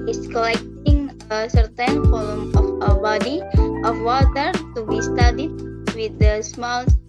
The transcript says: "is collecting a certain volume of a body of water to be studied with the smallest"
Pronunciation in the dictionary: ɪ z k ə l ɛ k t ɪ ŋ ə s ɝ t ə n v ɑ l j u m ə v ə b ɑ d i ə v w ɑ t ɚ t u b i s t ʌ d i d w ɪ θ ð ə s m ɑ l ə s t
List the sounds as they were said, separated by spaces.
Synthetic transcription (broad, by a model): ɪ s k ə l ɛ k t ɪ ŋ ə s ɝ t ə n f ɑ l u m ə f ə b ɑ d i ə f w ɑ t ɚ t u b i s t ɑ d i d w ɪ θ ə s m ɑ l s